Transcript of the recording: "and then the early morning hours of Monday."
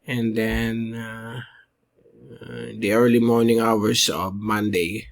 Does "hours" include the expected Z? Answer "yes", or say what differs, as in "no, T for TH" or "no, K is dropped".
no, S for Z